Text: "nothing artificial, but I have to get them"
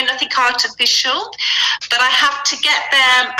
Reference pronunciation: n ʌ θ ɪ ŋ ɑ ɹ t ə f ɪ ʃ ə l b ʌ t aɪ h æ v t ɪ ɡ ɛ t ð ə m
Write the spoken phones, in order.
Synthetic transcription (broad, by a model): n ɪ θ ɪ ŋ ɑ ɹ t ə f ɪ ʃ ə l b ʌ t aɪ h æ f t ɪ ɡ ɛ t ð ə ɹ